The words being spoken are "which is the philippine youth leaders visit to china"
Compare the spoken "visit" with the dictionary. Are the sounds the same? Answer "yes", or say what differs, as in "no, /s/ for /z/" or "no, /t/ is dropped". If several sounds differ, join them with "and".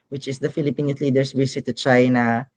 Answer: no, /s/ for /z/